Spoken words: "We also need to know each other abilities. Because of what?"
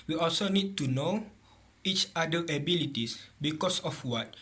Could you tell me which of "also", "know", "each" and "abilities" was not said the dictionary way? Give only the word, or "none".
abilities